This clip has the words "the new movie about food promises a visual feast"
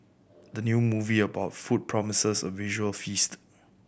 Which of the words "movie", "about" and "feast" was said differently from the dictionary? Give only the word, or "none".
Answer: none